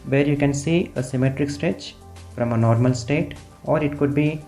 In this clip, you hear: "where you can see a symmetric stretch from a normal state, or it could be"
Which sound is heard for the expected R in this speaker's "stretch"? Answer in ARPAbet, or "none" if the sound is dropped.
R